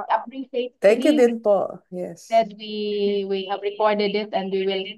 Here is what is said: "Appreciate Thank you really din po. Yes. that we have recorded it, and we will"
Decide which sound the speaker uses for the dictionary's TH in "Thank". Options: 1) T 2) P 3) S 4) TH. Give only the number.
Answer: 1